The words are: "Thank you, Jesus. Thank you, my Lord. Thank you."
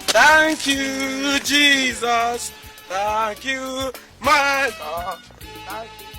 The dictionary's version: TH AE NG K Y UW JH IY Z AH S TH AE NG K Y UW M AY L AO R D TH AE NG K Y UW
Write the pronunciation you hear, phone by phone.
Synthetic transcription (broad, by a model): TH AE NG K Y UW JH IY Z AH S TH AE NG K Y UW M AY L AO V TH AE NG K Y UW